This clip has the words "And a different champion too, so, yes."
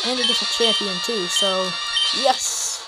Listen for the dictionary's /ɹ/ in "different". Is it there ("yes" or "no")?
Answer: no